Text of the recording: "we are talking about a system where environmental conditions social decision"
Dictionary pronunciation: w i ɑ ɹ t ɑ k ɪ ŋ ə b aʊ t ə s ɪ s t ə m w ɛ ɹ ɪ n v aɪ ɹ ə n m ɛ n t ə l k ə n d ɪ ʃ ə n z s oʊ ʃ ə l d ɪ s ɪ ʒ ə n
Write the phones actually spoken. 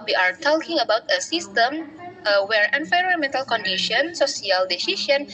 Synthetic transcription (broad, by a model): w i ɑ ɹ t ɑ k ɪ ŋ ə b aʊ t ə s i s t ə m w ɛ ɹ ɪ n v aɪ ɹ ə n m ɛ n t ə l k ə n d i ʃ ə n s oʊ s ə l d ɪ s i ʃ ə n